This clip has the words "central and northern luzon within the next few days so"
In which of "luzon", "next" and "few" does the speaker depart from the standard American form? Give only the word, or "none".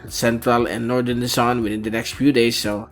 luzon